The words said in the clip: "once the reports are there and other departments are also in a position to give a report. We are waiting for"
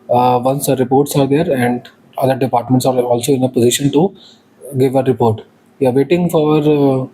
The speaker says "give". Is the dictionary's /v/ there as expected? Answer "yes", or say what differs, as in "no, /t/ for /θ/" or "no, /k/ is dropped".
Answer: yes